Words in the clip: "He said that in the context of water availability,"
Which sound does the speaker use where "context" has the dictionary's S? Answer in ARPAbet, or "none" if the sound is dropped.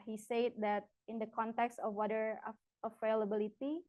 S